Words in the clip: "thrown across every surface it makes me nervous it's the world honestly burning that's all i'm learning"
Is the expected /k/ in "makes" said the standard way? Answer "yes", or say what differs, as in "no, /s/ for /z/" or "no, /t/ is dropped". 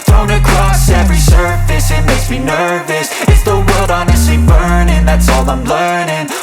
no, /k/ is dropped